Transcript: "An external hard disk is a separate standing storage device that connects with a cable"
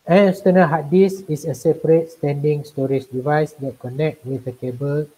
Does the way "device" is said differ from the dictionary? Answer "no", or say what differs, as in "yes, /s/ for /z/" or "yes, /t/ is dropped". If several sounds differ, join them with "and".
no